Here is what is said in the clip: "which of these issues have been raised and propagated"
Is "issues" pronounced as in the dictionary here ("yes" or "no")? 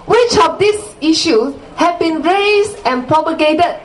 no